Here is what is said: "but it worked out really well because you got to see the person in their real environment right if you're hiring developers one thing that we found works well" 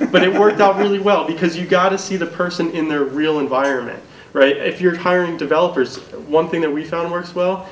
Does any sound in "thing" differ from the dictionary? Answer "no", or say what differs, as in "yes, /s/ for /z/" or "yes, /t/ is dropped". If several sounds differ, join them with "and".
no